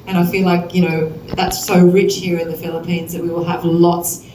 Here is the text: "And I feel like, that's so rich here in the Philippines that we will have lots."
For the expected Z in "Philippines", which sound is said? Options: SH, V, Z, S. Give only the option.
Z